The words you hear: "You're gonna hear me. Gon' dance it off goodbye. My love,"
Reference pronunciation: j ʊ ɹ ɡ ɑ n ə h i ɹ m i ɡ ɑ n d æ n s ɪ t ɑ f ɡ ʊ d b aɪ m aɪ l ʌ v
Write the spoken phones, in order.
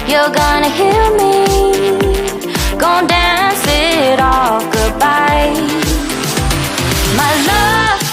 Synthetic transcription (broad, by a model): j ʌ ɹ ɡ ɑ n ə h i l m i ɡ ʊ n d æ n s ɪ t ɑ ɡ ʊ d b aɪ m aɪ l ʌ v